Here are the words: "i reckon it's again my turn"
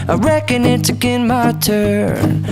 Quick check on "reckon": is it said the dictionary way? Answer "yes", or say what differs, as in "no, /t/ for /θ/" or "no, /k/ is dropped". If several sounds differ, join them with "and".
yes